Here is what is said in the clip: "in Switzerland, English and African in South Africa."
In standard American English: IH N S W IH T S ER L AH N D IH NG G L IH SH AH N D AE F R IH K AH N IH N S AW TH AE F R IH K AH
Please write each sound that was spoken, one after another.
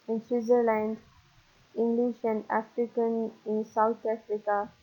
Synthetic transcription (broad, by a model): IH N S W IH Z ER L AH N D IH NG G L IH SH AH N D AE F R IH K AH N IH N S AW T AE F R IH K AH